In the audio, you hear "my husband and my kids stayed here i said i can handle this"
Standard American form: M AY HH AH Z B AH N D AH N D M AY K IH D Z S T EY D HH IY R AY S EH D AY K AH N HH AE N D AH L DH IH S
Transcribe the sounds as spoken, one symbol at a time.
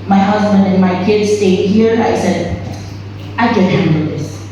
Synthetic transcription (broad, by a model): M AY HH AH Z B AH N D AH N M AY K IH D Z S T EY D HH IY R AY S EH D AY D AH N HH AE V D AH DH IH S